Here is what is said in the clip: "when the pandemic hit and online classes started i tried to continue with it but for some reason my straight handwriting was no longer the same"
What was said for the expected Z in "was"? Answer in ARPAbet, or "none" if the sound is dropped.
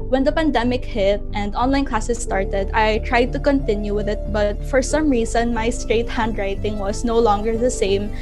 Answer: S